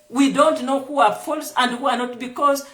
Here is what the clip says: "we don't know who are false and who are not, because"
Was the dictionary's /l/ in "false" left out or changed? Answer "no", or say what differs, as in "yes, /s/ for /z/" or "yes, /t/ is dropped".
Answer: no